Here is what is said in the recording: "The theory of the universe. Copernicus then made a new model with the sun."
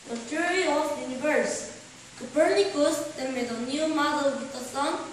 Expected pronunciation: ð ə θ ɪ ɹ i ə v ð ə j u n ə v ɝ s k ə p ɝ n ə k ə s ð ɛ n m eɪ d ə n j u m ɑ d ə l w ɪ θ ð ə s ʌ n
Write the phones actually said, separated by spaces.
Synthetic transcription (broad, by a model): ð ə t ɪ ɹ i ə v j u n ə v ɝ s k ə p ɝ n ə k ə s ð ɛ m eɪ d ə n j u m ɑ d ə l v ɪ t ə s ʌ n